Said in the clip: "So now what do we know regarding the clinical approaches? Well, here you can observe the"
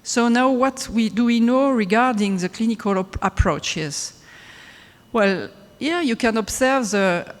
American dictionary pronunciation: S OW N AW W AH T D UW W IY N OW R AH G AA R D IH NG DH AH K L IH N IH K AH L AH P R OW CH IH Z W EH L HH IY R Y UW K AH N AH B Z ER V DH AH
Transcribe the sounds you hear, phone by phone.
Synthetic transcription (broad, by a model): S OW N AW W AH T D UW W IY N OW R AH G AA R D IH NG DH AH K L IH N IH K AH L AH P R OW CH IH Z W EH L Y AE Y UW K AH N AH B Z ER V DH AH